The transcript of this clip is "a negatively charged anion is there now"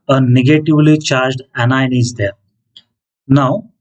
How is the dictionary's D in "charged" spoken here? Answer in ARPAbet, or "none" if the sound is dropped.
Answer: D